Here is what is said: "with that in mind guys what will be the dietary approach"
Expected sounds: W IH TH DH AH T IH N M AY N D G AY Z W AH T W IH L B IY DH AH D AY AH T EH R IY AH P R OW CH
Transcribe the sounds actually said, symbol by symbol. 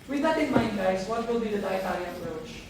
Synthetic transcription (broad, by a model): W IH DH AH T IH N M AY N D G AY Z W AH T W IH L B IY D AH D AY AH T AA L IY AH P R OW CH